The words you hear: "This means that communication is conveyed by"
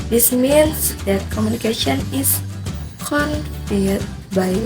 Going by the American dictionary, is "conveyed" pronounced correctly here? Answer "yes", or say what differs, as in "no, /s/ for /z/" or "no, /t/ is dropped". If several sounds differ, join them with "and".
no, /p/ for /v/